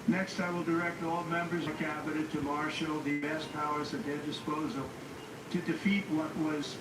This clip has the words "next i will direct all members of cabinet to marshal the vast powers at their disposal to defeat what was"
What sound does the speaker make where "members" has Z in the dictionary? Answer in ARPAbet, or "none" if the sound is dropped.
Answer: Z